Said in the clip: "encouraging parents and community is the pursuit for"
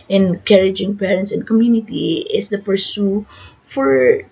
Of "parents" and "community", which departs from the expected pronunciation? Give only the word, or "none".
none